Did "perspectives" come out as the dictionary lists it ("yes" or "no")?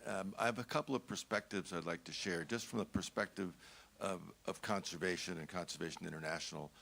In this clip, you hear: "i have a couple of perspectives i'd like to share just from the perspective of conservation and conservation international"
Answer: yes